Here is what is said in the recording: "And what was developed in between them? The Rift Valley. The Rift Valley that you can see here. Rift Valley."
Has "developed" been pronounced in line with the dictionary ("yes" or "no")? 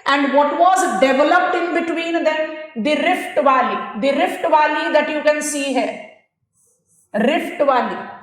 yes